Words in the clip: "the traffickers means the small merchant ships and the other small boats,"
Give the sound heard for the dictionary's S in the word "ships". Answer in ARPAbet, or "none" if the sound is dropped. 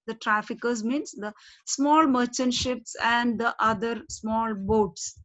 S